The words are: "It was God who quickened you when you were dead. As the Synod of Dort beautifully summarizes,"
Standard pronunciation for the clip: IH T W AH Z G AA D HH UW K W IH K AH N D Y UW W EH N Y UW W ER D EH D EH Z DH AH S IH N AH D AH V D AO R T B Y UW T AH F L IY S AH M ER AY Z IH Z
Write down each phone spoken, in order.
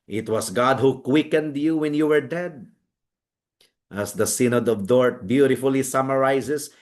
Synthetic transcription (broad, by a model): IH T W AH S G AA D HH UW K W IH K AH N D Y UW W EH N Y UW W ER D EH D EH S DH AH S IH N AH D AH V D AO R T B Y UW T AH F L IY S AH M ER AY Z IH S